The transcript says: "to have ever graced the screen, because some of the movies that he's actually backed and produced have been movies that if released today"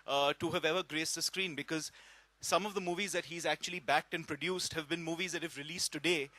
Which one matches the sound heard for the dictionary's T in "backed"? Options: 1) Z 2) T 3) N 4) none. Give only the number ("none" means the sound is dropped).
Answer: 2